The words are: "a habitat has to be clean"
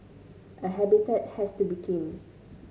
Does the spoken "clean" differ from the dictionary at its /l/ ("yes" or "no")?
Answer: yes